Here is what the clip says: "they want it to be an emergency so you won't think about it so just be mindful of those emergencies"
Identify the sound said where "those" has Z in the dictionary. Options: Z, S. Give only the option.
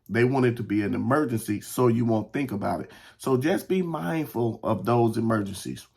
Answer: Z